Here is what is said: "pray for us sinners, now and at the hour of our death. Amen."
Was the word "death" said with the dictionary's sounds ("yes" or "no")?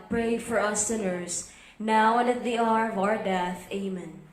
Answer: yes